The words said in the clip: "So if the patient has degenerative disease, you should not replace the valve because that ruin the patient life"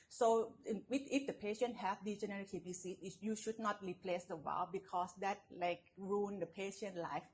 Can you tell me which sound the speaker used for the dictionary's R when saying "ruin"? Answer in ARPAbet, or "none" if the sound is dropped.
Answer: L